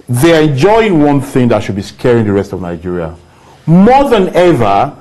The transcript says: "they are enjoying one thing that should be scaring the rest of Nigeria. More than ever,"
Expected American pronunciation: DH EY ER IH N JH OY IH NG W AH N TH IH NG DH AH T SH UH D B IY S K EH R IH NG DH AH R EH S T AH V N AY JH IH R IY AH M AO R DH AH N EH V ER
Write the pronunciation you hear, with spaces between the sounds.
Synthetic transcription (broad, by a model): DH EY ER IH N JH OY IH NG W AH N TH IH NG DH AH T SH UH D B IY S K EH R IH NG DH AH R EH S T AH V N AY JH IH R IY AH M AO DH AH N EH V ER